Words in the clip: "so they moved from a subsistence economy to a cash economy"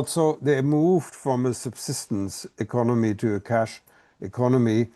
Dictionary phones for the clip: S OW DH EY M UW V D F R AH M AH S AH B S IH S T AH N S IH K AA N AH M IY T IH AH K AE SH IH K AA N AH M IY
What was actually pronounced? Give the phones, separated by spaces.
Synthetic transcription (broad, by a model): S OW DH EY M UW V D F R AH M AH S AH B S IH S T AH N S IH K AA N AH M IY T IH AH K AE SH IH K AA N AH M IY